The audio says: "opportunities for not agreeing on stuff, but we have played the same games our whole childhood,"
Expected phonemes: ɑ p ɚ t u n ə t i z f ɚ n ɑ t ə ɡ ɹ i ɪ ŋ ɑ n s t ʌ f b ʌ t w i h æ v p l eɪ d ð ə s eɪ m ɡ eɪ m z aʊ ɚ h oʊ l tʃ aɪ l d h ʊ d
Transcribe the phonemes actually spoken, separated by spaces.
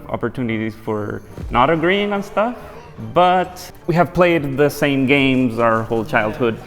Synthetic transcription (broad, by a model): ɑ p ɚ t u n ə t i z f ɚ n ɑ t ə ɡ ɹ i ɪ ŋ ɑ n s t ʌ f b ʌ t w i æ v p l eɪ d ð ə s eɪ m ɡ eɪ m z aʊ ɚ h oʊ l tʃ aɪ l d h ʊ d